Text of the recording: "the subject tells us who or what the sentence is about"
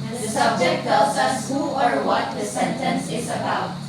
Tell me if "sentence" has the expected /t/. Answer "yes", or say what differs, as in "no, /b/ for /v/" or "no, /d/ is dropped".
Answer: yes